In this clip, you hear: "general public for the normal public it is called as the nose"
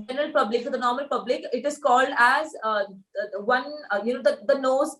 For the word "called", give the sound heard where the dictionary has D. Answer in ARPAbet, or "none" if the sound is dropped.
D